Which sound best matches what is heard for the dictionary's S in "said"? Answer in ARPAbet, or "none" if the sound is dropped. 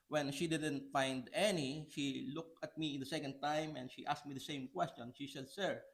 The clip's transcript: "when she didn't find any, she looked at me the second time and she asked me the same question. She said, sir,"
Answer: SH